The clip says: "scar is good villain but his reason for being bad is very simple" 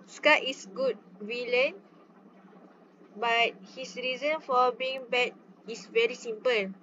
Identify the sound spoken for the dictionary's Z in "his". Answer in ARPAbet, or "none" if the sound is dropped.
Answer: S